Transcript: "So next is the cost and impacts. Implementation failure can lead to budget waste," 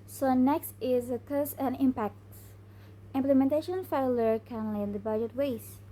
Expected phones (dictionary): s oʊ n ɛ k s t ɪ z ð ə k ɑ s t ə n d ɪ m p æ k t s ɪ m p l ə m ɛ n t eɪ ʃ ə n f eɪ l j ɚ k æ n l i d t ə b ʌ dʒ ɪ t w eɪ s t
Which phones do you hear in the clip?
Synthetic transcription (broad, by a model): s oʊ n ɛ k s t ɪ z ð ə k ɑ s ə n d ɪ m p æ k t s ɪ m p l ə m ɛ n t eɪ ʃ ə n f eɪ l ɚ k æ n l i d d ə b ʌ dʒ ɪ t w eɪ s